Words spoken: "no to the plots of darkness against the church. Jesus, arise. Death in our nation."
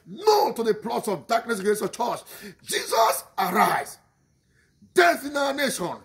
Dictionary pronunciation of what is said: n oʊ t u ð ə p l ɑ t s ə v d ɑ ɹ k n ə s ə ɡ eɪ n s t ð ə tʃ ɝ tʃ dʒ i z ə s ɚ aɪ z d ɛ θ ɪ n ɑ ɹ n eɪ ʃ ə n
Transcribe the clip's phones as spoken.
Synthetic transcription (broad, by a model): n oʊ t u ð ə p l ɑ t s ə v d ɑ k n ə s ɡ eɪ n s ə tʃ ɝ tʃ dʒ i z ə s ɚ aɪ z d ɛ t ɪ n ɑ n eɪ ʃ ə n